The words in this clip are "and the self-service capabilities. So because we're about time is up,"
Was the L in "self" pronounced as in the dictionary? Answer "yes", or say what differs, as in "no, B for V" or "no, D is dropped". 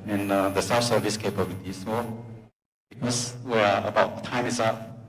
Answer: no, L is dropped